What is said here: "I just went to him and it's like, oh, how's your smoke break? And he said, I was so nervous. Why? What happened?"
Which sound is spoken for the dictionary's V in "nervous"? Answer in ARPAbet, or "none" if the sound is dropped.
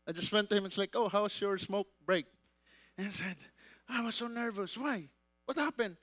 V